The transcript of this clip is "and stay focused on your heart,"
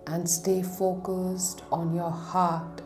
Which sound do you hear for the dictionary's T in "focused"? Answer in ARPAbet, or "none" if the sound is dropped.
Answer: T